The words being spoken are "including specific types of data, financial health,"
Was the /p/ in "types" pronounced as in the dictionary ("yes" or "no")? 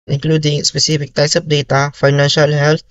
no